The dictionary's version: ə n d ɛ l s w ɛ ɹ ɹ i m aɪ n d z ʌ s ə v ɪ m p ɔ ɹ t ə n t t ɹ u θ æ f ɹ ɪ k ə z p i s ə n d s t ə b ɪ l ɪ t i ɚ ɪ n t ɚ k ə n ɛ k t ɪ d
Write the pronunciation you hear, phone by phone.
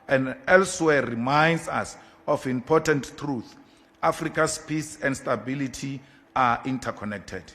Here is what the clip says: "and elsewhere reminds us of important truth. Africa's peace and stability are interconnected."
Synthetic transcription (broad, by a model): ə n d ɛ l s w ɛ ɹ ɹ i m aɪ n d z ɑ s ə f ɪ m p ɔ t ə n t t ɹ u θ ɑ f ɹ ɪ k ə s p i s ə n d s t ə b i l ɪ t i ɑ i n t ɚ k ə n ɛ k t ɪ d